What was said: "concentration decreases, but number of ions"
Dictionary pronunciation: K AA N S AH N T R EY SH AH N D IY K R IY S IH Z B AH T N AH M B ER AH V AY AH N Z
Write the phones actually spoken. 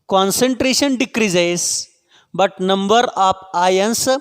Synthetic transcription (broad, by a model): K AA N S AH N T R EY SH AH N D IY K R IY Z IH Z B AH T N AH M B ER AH P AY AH N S